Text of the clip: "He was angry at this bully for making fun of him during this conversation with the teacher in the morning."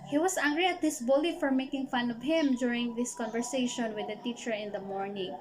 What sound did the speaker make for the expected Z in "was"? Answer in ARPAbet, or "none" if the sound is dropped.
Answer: S